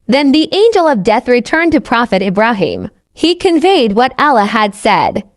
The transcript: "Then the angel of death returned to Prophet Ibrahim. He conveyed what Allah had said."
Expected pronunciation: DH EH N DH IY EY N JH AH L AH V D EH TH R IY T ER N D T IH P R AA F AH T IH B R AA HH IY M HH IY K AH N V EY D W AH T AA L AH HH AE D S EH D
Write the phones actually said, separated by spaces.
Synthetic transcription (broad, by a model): DH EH N DH IY EY N JH AH L AH V D EH TH R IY T ER N T IH P R AA F AH T IH B R AA HH IY M HH IY K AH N V EY D W AH T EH L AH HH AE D S EH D